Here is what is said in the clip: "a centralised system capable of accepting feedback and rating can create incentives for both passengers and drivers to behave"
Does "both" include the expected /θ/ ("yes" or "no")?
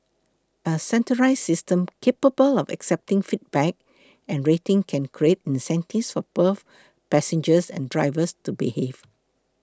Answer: no